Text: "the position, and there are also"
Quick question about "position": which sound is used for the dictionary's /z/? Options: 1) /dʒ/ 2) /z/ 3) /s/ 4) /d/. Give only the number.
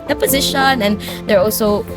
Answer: 2